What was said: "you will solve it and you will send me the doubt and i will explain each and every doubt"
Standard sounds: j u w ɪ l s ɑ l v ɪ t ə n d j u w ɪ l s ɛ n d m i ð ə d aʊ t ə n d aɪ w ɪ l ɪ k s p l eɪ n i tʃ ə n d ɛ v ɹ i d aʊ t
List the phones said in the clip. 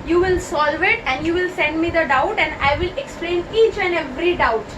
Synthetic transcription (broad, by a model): j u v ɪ l s ɑ l v ɪ t ə n d j u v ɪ l s ɛ n d m i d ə d aʊ t ə n d aɪ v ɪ l ɪ k s p l eɪ n i tʃ ə n d ɛ v ɹ i d aʊ t